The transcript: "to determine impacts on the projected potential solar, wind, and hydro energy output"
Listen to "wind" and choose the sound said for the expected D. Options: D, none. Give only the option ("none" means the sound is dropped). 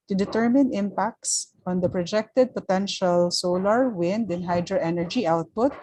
D